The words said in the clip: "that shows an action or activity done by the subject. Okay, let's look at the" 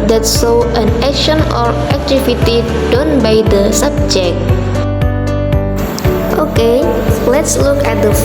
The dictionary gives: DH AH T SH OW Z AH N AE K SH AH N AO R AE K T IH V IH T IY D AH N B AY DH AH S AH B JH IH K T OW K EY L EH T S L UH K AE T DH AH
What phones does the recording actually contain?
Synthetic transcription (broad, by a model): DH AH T S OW AH N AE K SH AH N AO R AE K T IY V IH T IY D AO N B AY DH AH S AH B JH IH K T OW K EY L EH T S L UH K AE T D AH